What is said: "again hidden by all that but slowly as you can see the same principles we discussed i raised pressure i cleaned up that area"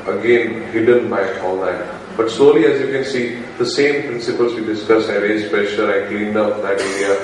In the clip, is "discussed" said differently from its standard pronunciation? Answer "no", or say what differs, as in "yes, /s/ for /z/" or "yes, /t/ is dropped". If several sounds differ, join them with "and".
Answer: yes, /t/ is dropped